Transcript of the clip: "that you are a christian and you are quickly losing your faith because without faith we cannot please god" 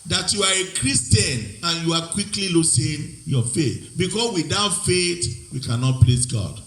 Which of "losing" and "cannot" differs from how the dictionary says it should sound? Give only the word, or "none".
losing